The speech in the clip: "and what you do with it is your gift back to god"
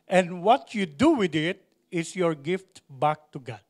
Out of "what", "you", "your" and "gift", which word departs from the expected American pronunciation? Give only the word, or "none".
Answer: none